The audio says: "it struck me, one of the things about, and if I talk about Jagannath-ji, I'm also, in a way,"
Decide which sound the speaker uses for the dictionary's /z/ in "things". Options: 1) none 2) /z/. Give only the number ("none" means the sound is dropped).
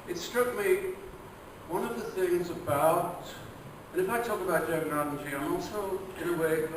2